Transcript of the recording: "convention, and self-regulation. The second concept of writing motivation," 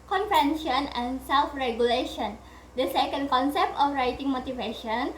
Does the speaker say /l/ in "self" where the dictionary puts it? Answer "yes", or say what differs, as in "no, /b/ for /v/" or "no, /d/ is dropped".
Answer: yes